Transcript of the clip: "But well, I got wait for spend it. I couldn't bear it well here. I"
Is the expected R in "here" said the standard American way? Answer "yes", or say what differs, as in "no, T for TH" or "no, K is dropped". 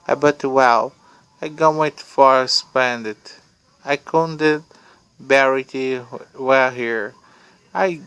yes